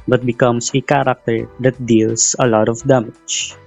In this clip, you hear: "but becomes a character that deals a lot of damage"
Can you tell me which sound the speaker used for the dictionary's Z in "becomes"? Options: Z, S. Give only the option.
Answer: S